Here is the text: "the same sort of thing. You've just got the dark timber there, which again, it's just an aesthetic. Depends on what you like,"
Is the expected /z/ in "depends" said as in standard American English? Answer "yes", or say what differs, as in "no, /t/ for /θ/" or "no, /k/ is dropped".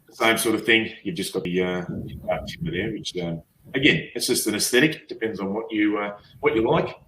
yes